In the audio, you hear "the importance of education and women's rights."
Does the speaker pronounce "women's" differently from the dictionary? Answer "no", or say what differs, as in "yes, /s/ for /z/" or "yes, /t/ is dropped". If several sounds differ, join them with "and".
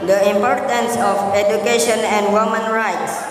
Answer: yes, /z/ is dropped